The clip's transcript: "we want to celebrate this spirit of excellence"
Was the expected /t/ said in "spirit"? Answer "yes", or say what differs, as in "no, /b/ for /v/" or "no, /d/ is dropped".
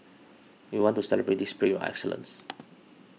no, /t/ is dropped